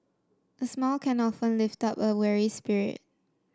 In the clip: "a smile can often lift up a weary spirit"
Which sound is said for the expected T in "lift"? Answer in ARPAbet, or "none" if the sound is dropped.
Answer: T